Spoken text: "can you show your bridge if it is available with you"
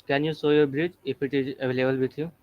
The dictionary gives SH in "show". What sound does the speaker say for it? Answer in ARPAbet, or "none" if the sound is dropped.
S